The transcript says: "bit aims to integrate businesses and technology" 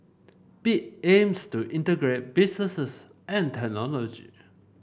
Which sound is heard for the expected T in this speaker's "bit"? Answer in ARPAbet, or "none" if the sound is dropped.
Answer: none